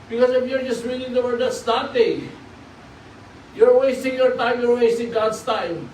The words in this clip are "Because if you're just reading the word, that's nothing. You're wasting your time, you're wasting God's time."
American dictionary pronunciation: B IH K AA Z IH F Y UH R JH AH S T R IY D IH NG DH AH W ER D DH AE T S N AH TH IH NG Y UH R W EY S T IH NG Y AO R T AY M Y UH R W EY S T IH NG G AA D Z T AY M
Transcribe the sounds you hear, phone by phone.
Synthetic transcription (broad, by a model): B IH K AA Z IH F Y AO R JH AH S T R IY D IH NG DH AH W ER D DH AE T S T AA T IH Y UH R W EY S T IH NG Y AO R T AY M Y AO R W EY S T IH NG G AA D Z T AY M